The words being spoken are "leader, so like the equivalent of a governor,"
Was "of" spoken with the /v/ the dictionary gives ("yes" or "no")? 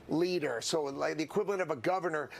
yes